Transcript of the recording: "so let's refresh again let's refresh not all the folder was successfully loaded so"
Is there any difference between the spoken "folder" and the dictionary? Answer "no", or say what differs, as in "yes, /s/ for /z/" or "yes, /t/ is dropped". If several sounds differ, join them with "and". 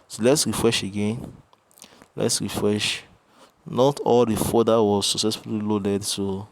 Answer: yes, /l/ is dropped